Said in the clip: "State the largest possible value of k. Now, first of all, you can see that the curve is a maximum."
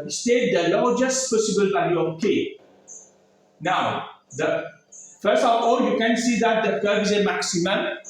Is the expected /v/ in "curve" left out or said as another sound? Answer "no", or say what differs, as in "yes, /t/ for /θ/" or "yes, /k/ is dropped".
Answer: yes, /v/ is dropped